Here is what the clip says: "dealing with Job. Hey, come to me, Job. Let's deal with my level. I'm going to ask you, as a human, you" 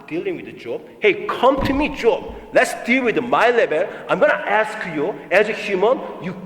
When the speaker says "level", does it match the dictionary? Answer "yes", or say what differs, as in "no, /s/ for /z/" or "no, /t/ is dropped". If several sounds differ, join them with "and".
no, /b/ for /v/